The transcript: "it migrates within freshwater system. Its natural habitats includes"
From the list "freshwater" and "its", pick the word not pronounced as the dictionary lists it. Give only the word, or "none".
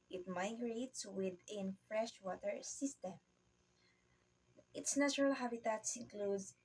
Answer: none